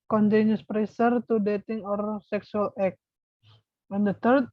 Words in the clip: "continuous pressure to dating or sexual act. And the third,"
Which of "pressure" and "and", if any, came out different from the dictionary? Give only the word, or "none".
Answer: pressure